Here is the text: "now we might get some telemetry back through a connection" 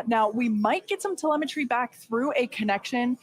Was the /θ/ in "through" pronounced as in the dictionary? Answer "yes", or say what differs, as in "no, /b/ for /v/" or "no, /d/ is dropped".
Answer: yes